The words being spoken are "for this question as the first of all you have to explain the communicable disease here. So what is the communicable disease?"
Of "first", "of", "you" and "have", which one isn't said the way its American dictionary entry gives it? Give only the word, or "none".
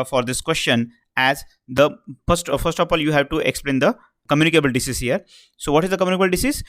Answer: of